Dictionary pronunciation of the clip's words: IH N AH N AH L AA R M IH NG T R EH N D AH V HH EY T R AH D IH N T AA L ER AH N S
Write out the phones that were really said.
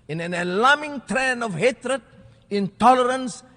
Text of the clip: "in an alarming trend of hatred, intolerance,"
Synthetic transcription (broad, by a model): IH N AH N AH L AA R M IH NG T R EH N AH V HH EY T R AH D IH N T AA L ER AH N S